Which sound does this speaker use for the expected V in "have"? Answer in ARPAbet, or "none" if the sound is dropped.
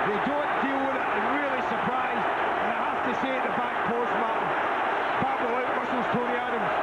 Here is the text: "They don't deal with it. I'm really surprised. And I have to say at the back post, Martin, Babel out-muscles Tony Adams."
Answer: F